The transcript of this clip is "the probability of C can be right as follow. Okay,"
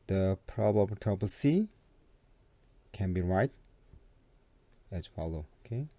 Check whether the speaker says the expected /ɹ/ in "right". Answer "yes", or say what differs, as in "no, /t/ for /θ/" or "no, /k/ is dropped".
yes